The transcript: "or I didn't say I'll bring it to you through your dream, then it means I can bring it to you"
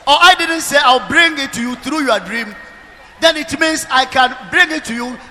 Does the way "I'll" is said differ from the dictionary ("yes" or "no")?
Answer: yes